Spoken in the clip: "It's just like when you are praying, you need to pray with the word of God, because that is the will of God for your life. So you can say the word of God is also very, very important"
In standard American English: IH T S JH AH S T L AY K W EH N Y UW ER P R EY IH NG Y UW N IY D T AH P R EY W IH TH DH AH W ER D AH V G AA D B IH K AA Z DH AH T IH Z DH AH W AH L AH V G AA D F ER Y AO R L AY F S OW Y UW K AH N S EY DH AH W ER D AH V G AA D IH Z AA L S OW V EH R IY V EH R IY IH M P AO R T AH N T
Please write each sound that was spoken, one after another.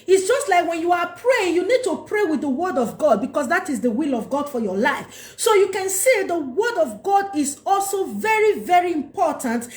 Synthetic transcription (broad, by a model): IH T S JH AH S T L AY K W EH N Y UW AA P R EY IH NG Y UW N IY D T AH P R EY W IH DH AH W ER D AH V G AA D B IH K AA S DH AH T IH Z DH AH W AH L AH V G AA D F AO Y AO L AY F S OW Y UW K AH N S EY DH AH W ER D AH V G AA D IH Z AA L S OW V EH R IY V EH R IY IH M P AO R T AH N T